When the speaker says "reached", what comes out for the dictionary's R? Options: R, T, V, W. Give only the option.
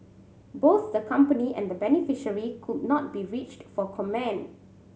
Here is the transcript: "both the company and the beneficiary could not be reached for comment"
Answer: R